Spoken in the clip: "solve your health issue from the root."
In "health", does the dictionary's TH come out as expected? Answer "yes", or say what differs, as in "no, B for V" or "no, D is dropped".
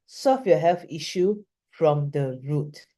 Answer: no, F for TH